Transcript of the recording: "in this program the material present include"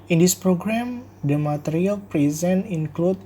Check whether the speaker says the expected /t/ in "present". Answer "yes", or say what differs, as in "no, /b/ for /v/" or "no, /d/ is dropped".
no, /t/ is dropped